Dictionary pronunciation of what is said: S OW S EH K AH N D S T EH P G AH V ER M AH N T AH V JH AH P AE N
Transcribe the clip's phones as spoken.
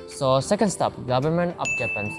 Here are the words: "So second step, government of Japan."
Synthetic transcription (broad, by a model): S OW S EH K AH N D S T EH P G AH V ER M AH N T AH P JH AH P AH N